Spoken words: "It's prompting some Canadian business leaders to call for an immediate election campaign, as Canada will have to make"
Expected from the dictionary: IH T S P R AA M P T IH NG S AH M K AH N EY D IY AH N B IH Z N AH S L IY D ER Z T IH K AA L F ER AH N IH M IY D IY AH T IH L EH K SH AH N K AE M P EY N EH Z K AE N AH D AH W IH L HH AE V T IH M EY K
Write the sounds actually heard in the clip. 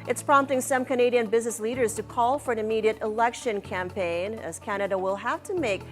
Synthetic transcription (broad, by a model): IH T S P R AA M P T IH NG S AH M K AH N EY D IY AH N B IH Z N AH S L IY D ER Z T IH K AA L F ER AH N IH M IY D IY AH T IH L EH K SH AH N K AE M P EY N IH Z K AE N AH D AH W IH L HH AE F T IH M EY K